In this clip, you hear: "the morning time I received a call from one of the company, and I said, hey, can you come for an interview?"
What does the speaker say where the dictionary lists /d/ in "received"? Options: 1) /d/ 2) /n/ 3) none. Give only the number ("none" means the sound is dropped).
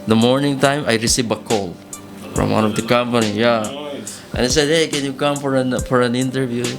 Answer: 3